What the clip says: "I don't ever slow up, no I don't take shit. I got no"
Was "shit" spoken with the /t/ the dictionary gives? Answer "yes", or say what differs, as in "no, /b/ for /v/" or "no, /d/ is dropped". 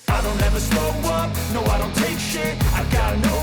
no, /t/ is dropped